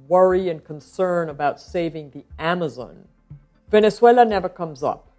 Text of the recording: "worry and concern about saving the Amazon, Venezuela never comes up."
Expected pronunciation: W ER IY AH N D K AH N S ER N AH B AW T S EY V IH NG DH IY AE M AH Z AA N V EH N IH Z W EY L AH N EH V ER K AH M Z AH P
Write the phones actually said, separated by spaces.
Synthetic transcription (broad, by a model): W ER IY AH N K AH N S ER N AH B AW T S EY V IH NG DH IY AE M AH Z AA N V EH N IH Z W EY L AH N EH V ER K AH M Z AH P